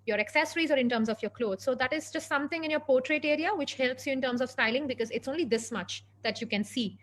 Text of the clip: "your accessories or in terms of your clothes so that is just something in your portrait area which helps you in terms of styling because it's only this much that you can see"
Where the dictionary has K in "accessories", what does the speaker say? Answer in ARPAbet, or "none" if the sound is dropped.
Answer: K